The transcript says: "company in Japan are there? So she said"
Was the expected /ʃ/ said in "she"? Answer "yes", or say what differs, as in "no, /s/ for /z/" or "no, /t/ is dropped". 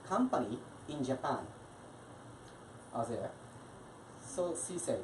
no, /s/ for /ʃ/